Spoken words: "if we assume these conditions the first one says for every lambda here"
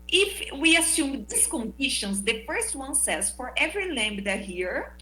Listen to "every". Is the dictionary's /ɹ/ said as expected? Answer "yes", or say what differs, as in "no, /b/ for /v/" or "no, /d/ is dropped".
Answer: yes